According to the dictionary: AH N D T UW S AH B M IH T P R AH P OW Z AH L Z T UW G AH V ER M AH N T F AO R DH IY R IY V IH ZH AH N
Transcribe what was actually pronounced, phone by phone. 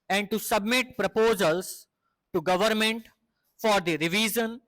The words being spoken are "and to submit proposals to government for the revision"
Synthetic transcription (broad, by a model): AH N D T UW S AH B M IH T P R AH P OW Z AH L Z T UW G AH V ER M AH N T F AO R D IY R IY V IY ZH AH N